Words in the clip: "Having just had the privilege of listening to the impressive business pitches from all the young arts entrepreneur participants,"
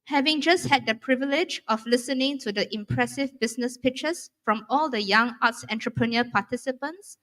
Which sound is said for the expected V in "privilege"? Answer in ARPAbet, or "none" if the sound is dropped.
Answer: V